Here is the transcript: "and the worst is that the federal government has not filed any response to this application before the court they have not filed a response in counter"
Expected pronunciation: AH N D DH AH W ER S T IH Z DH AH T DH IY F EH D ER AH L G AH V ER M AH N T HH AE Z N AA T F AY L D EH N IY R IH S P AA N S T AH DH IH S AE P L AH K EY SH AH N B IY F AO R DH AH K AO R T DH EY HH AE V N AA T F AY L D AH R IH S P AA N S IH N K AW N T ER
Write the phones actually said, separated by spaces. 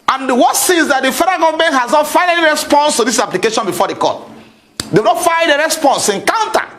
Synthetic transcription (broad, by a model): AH N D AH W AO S IH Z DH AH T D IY F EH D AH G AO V M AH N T HH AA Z N AA T F AY N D EH N IY R IH S P AA N S T AH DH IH S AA P L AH K EY SH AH N B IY F AO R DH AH K AO T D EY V N AA T F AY D AH R IH S P AA N S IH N K AW N T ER